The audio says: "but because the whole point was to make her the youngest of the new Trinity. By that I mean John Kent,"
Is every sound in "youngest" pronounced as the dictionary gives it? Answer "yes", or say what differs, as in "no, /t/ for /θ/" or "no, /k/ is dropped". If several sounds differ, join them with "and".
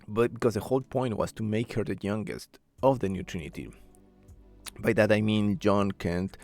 yes